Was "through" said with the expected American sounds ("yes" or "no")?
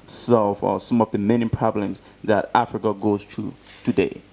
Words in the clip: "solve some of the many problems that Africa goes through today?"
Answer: no